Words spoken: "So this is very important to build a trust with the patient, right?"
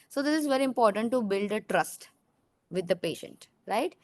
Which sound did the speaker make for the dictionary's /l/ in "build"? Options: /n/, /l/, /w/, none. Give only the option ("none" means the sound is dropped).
/l/